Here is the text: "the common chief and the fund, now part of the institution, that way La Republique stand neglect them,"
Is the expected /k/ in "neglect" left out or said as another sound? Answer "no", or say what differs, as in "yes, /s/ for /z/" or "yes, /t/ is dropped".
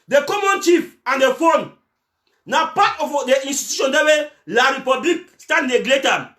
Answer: yes, /k/ is dropped